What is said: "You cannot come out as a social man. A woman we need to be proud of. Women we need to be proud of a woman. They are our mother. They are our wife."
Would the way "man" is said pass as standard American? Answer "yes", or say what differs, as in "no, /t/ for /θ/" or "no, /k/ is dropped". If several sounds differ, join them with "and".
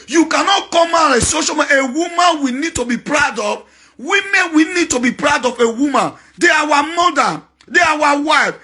no, /n/ is dropped